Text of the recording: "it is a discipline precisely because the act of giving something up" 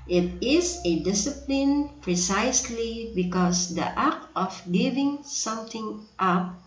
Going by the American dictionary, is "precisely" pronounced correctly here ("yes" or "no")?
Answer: yes